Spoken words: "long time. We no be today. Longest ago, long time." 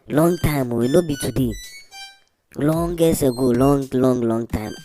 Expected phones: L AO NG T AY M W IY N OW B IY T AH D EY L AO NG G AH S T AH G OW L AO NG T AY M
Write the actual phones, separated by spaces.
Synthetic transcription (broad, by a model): L AO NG T AY M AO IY N OW B IY T AH D EY L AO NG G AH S AH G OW L AO NG T AY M